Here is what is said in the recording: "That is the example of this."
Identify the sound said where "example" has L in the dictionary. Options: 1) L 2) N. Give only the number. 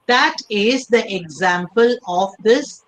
1